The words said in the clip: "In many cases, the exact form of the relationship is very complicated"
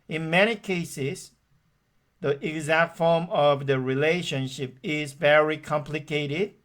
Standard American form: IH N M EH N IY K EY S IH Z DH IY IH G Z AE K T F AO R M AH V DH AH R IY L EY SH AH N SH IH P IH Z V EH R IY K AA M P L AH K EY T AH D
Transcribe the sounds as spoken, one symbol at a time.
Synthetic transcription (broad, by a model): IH N M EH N IY K EY S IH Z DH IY IH G Z AE K T F AO R M AH V DH AH R IY L EY SH AH N SH IH P IH Z V EH R IY K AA M P L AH K EY T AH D